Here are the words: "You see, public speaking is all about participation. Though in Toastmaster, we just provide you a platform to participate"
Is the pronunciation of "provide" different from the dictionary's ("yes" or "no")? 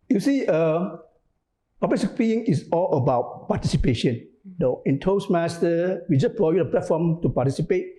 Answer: yes